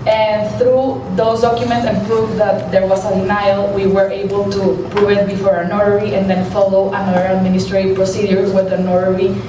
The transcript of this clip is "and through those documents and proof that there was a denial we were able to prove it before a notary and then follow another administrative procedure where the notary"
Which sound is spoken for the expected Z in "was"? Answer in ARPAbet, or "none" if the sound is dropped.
S